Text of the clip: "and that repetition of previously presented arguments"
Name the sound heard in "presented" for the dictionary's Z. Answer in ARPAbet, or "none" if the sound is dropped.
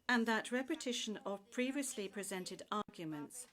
Z